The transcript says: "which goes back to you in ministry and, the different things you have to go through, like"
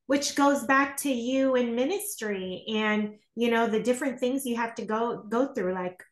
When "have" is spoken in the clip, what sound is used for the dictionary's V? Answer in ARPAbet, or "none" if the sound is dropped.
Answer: F